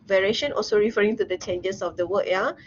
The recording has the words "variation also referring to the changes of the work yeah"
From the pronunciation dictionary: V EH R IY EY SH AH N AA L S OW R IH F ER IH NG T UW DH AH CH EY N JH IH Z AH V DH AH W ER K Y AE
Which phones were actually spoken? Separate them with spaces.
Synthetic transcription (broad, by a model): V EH R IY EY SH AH N AA L S OW R IH F ER IH NG T UW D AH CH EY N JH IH S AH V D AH W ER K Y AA